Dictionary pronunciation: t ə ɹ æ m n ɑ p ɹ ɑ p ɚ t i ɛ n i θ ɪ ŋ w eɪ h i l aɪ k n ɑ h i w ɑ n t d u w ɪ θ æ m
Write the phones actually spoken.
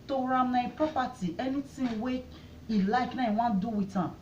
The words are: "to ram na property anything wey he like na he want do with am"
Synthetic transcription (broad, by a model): t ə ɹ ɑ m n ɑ p ɹ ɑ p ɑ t i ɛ n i t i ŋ w eɪ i l aɪ k n ɑ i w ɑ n d u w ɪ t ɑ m